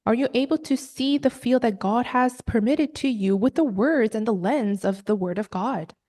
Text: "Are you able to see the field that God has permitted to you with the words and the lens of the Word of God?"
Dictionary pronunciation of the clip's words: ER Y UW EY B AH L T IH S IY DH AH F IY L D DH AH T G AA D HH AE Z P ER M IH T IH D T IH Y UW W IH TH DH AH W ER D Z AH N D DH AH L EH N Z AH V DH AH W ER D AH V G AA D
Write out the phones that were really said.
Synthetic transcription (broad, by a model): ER Y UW EY B L T IH S IY DH AH F IY L D DH AH T G AA D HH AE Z P ER M IH T IH D T IH Y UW W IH DH AH W ER D Z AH N DH AH L EH N Z AH V DH AH W ER D AH V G AA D